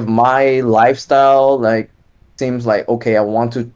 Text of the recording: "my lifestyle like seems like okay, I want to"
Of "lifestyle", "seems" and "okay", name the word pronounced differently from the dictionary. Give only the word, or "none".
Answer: none